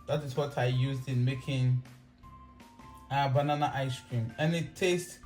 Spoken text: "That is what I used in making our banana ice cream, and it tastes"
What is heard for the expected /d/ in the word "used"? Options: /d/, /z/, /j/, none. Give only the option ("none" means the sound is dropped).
/d/